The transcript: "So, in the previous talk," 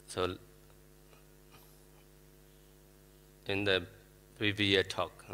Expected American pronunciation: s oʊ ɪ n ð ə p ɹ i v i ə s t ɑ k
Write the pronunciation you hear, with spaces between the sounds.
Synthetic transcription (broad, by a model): s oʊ ɪ n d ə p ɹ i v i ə t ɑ k